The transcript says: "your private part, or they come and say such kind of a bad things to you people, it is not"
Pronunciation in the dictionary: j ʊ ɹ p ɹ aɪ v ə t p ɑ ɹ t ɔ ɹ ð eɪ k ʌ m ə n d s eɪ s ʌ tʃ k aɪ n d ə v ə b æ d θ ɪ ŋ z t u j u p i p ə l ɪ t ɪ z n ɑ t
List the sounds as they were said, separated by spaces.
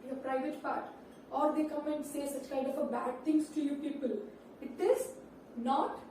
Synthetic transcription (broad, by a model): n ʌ p ɹ aɪ v ə t p ɑ ɹ t ɔ ɹ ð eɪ k ʌ m ə n d s eɪ s ʌ tʃ k aɪ n d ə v ə b æ d t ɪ ŋ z t u j u p i p ə l ɪ t ɪ z n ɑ t